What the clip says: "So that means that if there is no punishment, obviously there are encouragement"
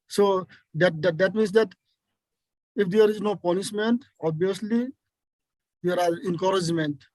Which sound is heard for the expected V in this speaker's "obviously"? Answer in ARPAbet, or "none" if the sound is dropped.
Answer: none